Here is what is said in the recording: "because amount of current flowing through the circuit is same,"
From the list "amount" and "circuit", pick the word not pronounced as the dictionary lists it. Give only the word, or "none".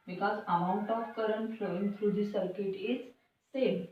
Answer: none